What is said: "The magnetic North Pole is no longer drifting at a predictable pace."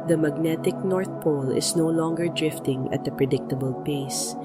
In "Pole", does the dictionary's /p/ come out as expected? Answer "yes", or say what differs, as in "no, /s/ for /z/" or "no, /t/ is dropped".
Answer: yes